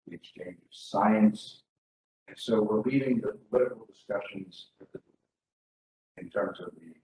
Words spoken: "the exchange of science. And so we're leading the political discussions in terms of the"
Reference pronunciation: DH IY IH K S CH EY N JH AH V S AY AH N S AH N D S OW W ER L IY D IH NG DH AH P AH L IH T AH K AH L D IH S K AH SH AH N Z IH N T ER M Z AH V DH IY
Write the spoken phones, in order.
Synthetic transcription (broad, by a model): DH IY IH K S CH EY N JH AH V S AY AH N S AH N S OW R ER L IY D IH NG DH AH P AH L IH T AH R L D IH S K AH SH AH N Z IH N T ER M Z AH V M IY